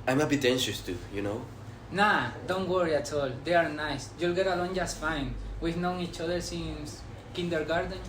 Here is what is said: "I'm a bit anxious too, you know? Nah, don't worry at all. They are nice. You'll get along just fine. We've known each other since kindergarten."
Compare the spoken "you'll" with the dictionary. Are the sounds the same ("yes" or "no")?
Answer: yes